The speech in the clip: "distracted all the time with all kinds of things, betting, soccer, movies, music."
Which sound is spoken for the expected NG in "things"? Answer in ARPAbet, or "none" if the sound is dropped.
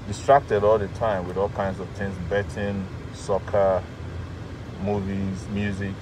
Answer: NG